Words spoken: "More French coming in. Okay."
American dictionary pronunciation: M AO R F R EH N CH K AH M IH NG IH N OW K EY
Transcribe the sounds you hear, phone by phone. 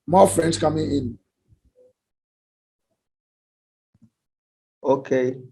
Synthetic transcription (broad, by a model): M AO F R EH N S K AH M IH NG IH N OW K EY